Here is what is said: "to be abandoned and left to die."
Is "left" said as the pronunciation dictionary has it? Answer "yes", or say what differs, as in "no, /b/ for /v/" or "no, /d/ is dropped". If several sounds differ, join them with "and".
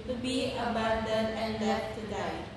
no, /f/ is dropped